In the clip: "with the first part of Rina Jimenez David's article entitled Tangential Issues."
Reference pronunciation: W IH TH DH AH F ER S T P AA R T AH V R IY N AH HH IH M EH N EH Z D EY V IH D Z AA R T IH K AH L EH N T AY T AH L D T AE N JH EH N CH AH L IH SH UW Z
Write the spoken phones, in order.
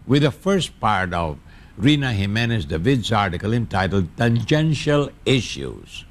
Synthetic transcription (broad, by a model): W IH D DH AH F ER S T P AA R T AH V R IY N AH HH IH M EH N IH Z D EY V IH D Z AA R T IH K AH L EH N T AY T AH L D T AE N JH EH N SH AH L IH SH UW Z